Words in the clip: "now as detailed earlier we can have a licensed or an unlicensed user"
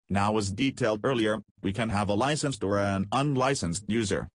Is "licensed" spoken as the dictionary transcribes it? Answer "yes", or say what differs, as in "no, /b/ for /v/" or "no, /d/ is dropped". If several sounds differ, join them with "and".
yes